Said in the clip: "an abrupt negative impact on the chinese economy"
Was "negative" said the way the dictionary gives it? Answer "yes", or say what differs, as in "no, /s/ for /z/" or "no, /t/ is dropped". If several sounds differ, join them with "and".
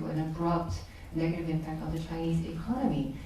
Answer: yes